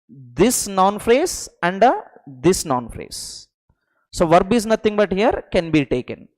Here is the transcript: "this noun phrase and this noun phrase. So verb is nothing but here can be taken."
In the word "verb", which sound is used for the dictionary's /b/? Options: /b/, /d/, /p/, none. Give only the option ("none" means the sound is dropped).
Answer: /b/